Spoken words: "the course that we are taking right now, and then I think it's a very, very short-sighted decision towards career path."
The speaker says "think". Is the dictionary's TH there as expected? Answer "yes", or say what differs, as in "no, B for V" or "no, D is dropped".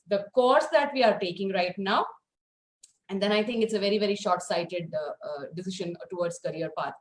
no, T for TH